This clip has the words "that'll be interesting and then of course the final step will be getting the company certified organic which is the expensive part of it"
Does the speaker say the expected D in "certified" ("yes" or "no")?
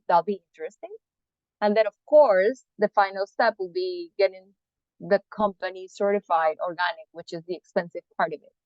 yes